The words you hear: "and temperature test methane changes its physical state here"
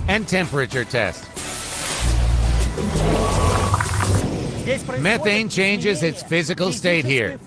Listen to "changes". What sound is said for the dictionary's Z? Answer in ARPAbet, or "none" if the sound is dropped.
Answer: Z